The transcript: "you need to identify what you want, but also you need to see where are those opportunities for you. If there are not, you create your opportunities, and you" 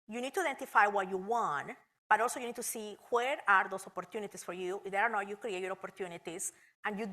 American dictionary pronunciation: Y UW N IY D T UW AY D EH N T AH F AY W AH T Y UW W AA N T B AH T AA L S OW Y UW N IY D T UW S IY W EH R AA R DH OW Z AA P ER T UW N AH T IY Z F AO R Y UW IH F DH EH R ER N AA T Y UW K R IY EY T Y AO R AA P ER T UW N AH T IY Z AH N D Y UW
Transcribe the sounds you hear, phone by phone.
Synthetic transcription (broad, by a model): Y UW N IY D T UW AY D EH N T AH F AY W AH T Y UW W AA N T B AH T AA L S OW Y UW N IY D T UW S IY W EH R AA R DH OW S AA P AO T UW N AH T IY S F AO R Y UW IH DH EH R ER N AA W Y UW K R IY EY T Y AO R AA P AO T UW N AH T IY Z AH N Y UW